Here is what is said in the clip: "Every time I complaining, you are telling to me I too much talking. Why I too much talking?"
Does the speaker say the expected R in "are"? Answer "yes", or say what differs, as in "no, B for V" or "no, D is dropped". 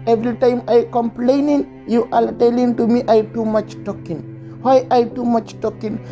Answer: no, L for R